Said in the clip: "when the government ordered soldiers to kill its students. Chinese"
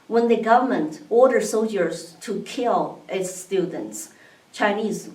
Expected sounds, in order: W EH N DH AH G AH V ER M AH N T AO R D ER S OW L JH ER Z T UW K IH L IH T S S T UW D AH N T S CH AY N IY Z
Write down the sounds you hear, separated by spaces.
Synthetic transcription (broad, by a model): W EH N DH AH G AH V ER M AH N T AO R D ER S OW L JH ER Z T UW K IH L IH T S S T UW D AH N T S CH AY N IY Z